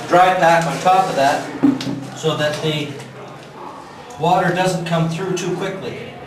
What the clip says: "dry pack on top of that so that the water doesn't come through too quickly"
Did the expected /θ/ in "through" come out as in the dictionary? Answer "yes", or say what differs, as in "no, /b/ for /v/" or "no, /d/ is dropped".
yes